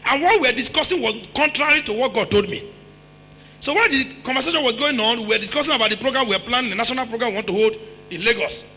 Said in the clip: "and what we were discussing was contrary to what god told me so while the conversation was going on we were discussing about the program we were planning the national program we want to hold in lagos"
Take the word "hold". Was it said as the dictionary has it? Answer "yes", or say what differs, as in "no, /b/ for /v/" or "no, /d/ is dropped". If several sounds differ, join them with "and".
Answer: yes